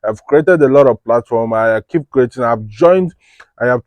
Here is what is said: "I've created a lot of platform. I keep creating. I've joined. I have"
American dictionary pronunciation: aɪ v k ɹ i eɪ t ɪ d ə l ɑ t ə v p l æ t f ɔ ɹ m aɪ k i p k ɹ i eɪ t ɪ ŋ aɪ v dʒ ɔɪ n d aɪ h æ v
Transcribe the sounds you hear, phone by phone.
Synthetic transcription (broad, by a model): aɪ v k ɹ i eɪ t ɪ d ə l ɑ t ə v p l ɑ t f ɔ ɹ m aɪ k i p k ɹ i eɪ t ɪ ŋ aɪ v dʒ ɔɪ n d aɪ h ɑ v